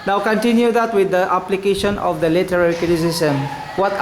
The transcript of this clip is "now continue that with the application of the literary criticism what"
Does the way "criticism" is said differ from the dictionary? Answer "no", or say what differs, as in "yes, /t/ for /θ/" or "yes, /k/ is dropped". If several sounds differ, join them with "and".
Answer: yes, /ɹ/ is dropped and /s/ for /z/